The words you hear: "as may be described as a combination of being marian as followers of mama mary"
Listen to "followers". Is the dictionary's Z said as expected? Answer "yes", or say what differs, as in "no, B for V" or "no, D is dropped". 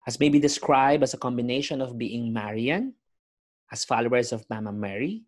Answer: no, S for Z